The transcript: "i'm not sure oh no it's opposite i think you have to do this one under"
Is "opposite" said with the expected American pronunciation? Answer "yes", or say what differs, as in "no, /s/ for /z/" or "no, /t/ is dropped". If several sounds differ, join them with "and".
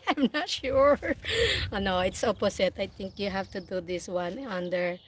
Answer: no, /s/ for /z/